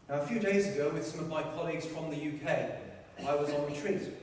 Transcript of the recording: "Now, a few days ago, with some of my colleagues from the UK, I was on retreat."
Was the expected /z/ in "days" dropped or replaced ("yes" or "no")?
no